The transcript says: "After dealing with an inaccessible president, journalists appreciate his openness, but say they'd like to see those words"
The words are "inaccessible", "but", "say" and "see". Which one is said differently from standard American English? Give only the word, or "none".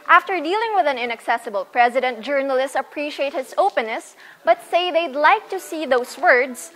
none